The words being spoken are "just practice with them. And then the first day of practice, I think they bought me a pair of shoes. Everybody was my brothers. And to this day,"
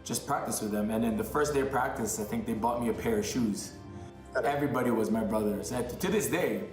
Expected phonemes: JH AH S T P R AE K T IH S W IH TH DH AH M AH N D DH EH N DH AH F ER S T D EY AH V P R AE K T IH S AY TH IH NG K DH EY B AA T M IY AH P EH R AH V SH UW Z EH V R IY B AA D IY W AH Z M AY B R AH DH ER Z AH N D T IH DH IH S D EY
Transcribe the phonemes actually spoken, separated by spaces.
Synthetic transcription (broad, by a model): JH AH S P R AE K T IH S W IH DH AH M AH N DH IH N DH AH F ER S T D EY AH V P R AE K T IH S AY TH IH NG K DH EY B AA T M IY AH P EH R AH V SH UW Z EH V R IY B AA D IY W AH Z M AY B R AH DH ER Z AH T IH DH IH S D EY